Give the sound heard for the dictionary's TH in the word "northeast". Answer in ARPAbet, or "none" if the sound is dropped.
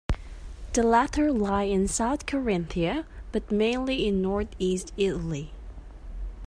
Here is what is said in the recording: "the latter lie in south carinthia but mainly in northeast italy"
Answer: TH